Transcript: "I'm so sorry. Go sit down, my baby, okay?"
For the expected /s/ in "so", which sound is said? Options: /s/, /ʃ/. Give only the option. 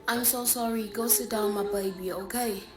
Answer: /s/